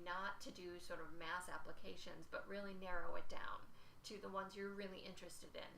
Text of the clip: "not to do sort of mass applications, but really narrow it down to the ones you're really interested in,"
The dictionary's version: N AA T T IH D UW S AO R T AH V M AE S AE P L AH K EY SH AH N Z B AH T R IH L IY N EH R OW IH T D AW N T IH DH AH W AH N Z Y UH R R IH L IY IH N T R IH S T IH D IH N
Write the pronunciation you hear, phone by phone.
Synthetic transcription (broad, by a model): N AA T T IH D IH S AO R T AH V M AE S AE P L AH K EY SH AH N Z B AH T R IH L IY N EH R OW IH T D AW N T IH DH AH W AH N Z Y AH R R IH L IY IH N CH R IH S T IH D IH N